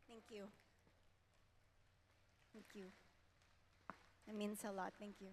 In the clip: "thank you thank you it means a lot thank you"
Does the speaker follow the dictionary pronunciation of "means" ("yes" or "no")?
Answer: no